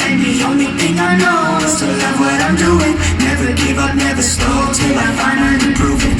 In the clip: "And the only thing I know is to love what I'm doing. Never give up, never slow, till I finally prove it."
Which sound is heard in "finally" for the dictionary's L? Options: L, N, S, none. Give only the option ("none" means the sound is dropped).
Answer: N